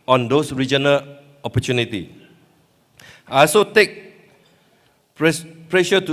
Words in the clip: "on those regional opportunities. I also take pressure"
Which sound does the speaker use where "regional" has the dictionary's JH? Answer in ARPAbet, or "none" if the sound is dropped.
JH